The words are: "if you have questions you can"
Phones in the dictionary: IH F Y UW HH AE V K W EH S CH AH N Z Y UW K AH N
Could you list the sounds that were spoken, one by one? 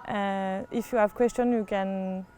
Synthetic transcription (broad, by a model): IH F Y UW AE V K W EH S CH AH N Y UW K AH N